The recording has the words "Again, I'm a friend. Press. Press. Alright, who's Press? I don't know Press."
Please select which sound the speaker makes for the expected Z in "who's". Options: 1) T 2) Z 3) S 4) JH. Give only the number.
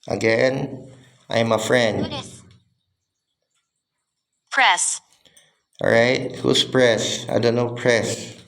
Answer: 3